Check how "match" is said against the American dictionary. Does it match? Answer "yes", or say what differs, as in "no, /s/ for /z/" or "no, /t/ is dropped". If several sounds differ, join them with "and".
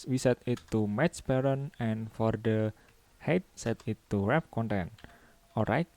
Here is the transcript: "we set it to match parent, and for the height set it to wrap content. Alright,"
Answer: no, /s/ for /tʃ/